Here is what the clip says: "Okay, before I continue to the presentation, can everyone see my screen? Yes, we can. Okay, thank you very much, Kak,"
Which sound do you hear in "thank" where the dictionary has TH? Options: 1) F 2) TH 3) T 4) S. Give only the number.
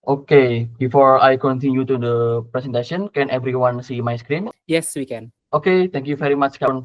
3